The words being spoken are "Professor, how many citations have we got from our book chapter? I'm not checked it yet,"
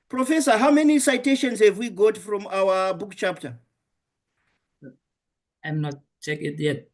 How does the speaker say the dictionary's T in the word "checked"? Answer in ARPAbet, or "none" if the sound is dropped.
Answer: none